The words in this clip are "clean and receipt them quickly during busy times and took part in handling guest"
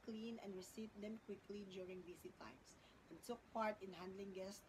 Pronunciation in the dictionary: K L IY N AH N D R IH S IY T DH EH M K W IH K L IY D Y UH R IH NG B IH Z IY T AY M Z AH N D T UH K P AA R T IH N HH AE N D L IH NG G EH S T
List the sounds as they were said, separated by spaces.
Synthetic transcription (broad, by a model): K L IY N AH N D R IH S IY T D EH M K W IH K L IY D Y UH R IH NG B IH S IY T AY M S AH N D T UH K P AA R T IH N HH AE N D L IH NG G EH S T